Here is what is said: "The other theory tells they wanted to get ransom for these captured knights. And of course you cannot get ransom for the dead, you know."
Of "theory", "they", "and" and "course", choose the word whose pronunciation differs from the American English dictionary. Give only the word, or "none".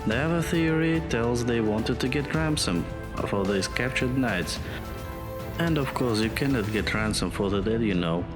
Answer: none